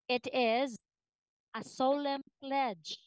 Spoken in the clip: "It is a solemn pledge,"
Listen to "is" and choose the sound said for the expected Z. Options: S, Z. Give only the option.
Z